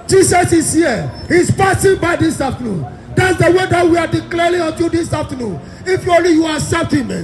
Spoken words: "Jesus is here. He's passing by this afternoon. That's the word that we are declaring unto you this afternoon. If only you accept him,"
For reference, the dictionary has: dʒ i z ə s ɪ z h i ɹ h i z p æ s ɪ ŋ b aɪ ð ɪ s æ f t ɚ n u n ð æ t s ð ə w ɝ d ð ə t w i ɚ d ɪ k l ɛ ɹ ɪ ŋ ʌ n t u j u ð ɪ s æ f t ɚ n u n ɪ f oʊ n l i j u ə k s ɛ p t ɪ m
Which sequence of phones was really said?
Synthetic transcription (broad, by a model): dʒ i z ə s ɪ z h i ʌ h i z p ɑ s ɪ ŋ b aɪ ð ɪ s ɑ f t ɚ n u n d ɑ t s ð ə w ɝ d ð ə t w i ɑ d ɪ k l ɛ ɹ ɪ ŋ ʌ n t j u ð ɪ s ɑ f t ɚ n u n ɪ f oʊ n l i j u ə s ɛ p t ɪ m